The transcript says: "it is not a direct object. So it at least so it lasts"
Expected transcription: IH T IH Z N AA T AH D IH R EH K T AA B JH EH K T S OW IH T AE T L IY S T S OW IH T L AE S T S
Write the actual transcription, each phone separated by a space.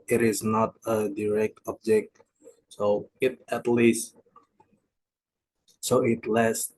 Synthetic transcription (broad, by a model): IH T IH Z N AA T AH D IH R EH K T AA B JH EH K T S OW IH T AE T L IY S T S OW IH T L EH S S